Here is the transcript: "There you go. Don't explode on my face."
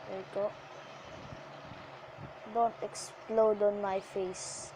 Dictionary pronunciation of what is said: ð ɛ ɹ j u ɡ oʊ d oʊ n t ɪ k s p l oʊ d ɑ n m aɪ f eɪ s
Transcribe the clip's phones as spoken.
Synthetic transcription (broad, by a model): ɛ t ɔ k d oʊ n t ɪ k s p l oʊ d ɑ n m aɪ f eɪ s